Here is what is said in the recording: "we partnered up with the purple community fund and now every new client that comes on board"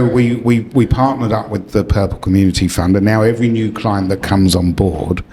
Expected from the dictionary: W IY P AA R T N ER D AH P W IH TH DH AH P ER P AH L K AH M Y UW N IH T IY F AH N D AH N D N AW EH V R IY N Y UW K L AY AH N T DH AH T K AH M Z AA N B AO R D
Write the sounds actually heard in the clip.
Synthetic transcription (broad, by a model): W IY P AA T N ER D AH P W IH DH AH P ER P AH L K AH M Y UW N IH T IY F AH N D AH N N AW EH V R IY N Y UW K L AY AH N DH AH T K AH M Z N B AO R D